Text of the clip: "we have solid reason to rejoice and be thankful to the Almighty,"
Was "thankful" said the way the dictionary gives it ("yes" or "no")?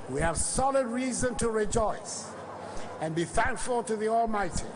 yes